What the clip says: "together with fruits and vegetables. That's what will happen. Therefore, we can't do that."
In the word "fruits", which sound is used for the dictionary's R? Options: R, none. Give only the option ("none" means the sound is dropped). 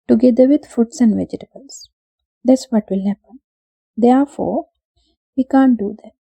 none